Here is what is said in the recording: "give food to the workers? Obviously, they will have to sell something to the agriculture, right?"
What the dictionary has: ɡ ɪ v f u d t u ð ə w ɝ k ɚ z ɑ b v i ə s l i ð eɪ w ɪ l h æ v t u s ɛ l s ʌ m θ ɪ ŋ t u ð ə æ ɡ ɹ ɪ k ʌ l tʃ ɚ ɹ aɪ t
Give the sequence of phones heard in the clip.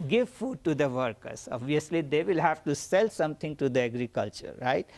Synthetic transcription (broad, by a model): ɡ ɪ v f u d t u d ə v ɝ k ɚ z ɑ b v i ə s l i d eɪ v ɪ l h æ v t u s ɛ l s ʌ m t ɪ ŋ t u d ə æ ɡ ɹ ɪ k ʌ l tʃ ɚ ɹ aɪ t